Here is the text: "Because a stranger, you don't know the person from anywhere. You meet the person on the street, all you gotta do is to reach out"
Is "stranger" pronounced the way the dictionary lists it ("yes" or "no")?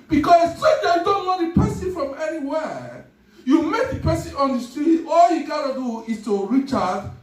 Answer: no